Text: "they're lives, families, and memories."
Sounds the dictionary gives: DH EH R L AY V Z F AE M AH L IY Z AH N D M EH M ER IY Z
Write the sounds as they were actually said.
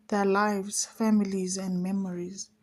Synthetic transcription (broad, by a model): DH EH L AY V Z F AE M AH L IY Z AH N D M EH M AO IY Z